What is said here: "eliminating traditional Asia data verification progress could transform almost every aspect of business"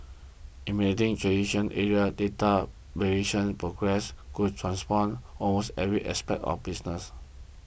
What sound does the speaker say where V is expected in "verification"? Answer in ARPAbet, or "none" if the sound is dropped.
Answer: B